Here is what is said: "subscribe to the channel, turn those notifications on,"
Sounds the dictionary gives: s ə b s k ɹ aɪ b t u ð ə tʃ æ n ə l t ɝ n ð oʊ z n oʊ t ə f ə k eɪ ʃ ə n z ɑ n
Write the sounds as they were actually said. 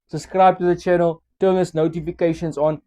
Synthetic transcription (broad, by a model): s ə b s k ɹ aɪ b t u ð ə tʃ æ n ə l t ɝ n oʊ s n oʊ t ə f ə k eɪ ʃ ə n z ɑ n